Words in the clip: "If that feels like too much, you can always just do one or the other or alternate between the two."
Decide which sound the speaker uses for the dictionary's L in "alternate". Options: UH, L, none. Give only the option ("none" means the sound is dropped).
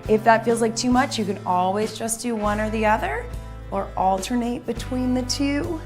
L